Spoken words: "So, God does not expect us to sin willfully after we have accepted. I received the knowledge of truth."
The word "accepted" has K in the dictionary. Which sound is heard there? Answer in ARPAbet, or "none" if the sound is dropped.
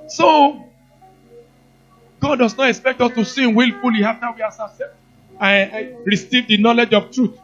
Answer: none